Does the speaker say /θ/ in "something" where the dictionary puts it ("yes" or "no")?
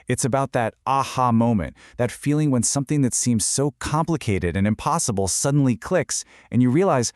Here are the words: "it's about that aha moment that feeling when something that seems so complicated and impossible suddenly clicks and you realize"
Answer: yes